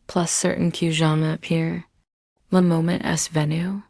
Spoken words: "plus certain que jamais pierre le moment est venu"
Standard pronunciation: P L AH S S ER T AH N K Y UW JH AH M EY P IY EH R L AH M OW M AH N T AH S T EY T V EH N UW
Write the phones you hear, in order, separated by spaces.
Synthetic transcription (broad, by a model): P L AH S S ER T N K Y UW ZH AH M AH P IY R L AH M OW M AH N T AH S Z V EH N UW